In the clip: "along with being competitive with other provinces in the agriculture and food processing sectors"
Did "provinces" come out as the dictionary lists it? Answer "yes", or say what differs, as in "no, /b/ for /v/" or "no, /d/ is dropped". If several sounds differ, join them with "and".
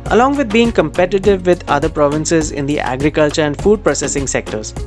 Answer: yes